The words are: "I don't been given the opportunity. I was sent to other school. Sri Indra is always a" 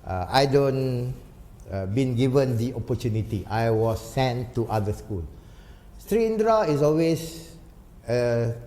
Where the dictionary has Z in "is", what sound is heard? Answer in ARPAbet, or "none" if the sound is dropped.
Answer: S